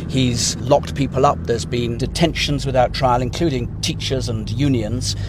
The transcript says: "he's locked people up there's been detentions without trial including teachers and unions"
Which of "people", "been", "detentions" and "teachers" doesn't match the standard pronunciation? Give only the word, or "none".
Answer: none